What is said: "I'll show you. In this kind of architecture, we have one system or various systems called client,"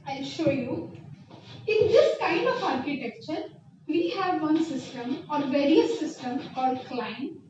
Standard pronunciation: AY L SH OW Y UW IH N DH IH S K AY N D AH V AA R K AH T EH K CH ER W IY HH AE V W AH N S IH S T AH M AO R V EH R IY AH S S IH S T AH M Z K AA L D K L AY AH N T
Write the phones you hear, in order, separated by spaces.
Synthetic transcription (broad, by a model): AY L SH OW Y UW IH N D IH S K AY N D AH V AA R K AH T EH K CH ER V IY HH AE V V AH N S IH S T AH M AO R V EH R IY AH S S IH S T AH M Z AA D K L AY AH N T